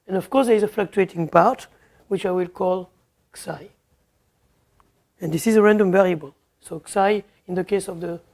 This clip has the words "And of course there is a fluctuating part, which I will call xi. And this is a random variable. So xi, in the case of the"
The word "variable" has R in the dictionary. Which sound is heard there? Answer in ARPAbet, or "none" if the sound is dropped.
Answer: R